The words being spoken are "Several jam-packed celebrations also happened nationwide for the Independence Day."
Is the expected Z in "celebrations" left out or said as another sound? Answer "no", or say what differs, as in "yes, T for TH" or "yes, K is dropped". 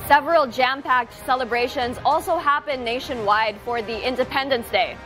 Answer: no